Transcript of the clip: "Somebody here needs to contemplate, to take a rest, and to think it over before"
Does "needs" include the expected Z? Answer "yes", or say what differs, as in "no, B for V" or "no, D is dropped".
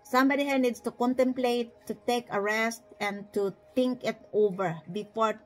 no, S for Z